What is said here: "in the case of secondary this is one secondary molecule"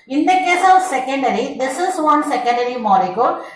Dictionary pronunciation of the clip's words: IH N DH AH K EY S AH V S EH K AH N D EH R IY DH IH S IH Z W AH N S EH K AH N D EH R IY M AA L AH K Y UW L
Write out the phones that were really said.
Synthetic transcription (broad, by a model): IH N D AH K EY S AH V S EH K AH N D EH R IY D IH S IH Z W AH N S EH K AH N D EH R IY M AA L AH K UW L